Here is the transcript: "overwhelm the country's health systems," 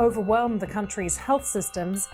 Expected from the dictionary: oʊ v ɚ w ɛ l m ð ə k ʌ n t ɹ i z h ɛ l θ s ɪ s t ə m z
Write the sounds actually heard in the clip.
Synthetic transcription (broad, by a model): oʊ v ɚ w ɛ l m ð ə k ʌ n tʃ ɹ i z h ɛ l θ s ɪ s t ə m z